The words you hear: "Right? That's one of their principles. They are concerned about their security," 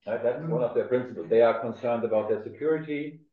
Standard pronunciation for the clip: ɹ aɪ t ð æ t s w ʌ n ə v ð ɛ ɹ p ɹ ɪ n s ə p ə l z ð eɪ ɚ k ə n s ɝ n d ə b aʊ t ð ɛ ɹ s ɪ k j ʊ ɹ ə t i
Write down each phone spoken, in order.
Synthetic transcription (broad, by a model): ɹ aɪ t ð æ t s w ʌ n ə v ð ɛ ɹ p ɹ ɪ n s ə p ə l z ð eɪ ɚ k ə n s ɝ n d ə b aʊ t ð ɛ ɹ s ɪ k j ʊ ɹ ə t i